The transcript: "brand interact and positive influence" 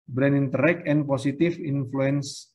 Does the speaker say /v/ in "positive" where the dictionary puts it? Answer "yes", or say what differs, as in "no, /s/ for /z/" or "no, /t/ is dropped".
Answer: no, /f/ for /v/